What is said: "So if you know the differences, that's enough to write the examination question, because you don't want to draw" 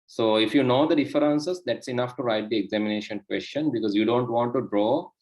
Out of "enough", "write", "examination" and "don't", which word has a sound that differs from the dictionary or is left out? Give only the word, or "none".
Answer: none